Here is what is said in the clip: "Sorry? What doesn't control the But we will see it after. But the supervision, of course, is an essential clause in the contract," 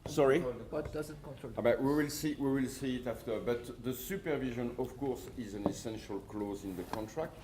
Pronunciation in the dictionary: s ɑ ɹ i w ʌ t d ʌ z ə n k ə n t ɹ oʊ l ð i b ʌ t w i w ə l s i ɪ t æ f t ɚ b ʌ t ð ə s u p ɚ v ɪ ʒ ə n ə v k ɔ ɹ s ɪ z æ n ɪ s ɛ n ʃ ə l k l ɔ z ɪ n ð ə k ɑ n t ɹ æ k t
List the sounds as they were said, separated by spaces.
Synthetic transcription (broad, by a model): s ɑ ɹ i w ʌ t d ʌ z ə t k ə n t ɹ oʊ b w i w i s w i w ə l s i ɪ t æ f t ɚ b ʌ t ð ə s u p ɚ v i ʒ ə n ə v k ɔ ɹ s ɪ z æ n ɪ s ɛ n ʃ ə l k l ɔ z ɪ n ð ə k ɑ n t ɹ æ k t